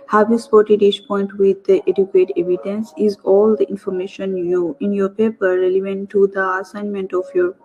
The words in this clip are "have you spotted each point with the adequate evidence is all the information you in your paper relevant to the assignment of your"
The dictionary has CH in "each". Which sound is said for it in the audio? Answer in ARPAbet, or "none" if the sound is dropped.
SH